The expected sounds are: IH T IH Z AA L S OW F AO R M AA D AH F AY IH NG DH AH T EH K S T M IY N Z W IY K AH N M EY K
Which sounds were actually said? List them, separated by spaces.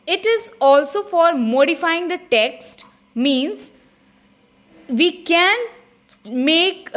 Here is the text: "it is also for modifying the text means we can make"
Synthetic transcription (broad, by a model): IH T IH Z AA L S OW F AO R M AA D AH F AY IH NG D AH T EH K S T M IY N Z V IY K AH N M EY K